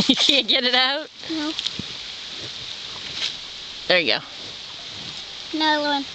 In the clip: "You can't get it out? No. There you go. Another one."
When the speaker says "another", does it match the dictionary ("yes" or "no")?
no